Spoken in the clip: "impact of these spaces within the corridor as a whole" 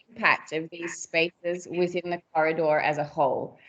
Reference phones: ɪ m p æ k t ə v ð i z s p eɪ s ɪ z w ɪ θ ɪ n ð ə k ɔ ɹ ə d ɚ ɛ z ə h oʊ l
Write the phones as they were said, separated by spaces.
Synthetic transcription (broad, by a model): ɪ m p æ k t ə v ð i z s p eɪ s ɪ z w ɪ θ ɪ n ð ə k ɔ ɹ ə d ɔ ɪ z ə h oʊ l